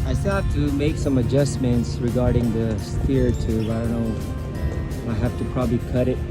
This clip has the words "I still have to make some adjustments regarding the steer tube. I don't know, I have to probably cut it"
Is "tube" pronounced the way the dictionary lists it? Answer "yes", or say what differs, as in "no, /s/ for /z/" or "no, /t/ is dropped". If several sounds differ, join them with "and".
no, /b/ is dropped